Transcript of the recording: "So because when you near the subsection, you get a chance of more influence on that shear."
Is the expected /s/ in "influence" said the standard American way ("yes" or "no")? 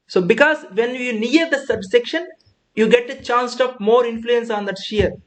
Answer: yes